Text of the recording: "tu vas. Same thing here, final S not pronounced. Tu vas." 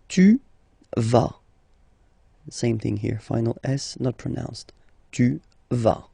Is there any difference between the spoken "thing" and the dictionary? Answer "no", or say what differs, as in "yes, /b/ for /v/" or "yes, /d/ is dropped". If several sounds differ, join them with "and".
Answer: no